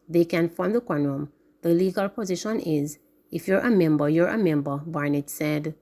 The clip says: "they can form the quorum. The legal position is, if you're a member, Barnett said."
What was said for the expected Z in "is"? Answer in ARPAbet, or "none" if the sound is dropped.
Z